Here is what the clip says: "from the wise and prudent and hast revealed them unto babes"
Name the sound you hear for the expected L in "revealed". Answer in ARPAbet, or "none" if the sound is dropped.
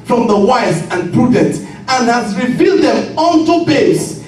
L